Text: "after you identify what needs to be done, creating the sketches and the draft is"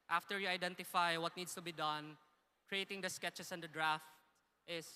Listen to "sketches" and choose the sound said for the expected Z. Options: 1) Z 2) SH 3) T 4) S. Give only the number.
4